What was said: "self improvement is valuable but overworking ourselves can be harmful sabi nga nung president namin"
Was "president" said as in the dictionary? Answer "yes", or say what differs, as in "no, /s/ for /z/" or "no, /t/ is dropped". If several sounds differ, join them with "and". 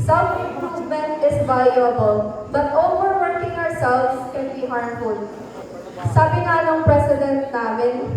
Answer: no, /s/ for /z/